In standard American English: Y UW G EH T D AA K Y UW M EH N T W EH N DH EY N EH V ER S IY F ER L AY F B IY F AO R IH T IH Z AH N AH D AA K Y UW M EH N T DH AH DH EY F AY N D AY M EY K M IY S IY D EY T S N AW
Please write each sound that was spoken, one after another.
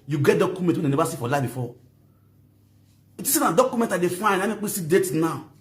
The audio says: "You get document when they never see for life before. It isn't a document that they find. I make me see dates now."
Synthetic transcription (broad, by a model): Y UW G EH T D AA K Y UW M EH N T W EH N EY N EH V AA S IY F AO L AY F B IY F AO IH T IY S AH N AH D AA K Y UW M EH N T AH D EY F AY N AY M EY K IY S IY D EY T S N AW